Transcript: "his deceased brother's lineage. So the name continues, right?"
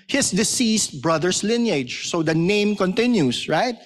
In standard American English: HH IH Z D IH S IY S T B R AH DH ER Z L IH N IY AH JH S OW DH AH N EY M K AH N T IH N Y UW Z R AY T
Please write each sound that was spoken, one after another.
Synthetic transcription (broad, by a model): HH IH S D IH S IY S T B R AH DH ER S L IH N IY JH S OW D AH N EY M K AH N T IH N Y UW S R AY T